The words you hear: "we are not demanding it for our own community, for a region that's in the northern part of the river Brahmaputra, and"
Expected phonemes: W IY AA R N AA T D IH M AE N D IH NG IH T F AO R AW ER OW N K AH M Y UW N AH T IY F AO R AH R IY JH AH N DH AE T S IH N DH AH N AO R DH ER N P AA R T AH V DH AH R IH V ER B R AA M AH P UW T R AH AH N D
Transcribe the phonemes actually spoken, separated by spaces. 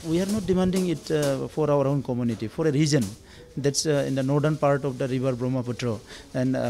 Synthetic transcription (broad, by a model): W IY AA R N AA T D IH M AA N D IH NG IH T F AO R AW ER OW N K AH M Y UW N AH T IY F AO R AH R IY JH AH N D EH T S IH N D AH N AO R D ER N P AA R T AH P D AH R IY B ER B R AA M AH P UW T R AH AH N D